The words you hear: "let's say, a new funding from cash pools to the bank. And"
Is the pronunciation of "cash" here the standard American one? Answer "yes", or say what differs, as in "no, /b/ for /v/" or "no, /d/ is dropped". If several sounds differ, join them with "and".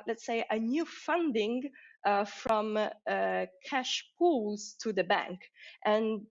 yes